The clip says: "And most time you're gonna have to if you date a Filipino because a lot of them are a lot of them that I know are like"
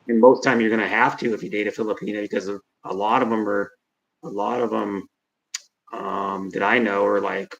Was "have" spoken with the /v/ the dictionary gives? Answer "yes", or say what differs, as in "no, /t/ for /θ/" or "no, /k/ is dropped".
no, /f/ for /v/